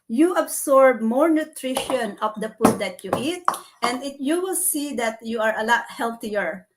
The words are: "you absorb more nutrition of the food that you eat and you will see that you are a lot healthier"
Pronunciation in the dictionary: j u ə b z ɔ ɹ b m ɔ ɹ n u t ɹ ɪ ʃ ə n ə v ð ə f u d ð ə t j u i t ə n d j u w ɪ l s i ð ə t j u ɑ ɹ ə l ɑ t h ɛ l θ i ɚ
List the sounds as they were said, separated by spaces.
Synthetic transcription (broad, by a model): j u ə b s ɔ ɹ b m ɔ ɹ n u t ɹ ɪ ʃ ə n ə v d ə p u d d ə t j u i t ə n d j u w ɪ l s i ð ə t j u ɑ ɹ ə l ɑ t h ɛ l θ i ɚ